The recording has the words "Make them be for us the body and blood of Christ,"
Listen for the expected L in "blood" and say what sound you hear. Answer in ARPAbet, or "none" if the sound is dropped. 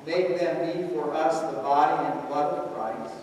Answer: none